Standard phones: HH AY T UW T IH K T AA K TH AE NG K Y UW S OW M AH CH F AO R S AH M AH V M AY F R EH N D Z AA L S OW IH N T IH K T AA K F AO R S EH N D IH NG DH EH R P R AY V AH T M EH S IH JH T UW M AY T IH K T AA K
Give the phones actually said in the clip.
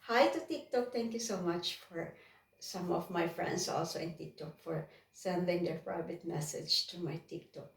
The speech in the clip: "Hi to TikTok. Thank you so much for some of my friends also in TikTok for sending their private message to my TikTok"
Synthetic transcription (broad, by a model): HH AY T UW T IH K T AA K T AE NG K Y UW S OW M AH CH F AO R S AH M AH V M AY F R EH N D S AA L S OW IH N T IH K T AA K F AO R S EH N D IH NG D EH R P R AY V AH T M EH S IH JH T UW M AY T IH K T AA K